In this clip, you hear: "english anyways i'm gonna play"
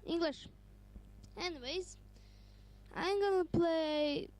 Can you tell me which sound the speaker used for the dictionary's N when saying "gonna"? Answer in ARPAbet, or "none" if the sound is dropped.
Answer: N